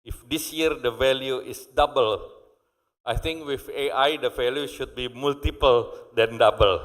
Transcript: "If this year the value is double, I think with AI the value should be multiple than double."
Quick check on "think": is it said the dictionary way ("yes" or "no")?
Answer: no